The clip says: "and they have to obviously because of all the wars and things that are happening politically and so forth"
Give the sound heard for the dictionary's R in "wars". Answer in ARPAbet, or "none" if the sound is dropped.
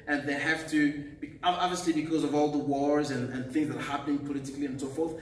R